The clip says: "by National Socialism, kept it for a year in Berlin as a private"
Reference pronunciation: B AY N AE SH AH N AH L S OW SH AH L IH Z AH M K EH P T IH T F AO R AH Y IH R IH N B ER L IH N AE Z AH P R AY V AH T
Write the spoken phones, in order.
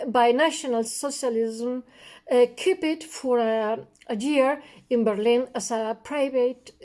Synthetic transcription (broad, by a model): B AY N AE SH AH N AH L S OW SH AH L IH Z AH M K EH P IH T F AO R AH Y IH R IH N B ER L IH N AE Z AH P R AY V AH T